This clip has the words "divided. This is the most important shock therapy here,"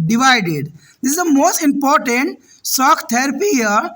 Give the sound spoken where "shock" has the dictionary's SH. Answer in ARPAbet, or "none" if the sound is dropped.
S